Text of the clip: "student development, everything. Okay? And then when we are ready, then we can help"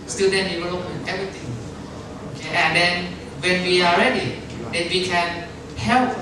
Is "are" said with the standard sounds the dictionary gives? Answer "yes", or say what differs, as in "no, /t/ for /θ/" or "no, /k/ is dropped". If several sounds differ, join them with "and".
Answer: no, /l/ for /ɹ/